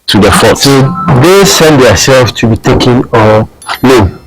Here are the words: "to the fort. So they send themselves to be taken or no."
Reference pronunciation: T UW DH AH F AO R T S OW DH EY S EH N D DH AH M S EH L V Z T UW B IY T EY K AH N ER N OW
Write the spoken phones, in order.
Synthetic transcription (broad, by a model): T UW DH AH F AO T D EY S EH N D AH S EH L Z T UW B IY T EY K AH N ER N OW